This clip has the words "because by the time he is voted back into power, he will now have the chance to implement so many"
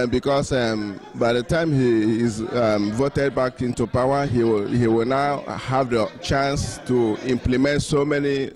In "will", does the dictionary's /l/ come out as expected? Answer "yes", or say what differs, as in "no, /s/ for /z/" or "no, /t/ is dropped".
no, /w/ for /l/